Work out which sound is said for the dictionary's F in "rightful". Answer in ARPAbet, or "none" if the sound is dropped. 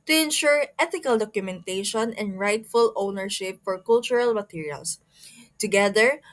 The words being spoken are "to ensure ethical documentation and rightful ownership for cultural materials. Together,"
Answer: F